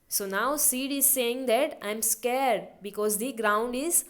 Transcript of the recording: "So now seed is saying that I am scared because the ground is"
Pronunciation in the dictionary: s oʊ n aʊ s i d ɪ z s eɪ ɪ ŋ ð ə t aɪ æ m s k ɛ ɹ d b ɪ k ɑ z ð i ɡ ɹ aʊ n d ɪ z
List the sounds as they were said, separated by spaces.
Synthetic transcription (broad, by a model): s oʊ n aʊ s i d ɪ z s eɪ ɪ ŋ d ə t aɪ m s k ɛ ɹ d b ɪ k ɑ z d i ɡ ɹ aʊ n d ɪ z